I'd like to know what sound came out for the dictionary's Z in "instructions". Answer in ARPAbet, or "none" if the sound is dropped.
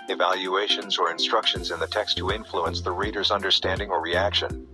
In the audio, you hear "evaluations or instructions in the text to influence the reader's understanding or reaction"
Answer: Z